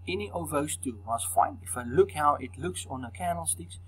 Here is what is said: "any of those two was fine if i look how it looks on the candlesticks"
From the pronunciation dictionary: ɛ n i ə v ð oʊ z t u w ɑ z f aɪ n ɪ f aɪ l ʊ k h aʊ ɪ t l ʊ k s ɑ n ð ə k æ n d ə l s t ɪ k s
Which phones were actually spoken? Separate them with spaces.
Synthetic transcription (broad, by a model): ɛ n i ə v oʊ s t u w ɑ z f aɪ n ɪ f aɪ l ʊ k h aʊ ɪ t l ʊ k s ɑ n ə k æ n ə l s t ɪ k s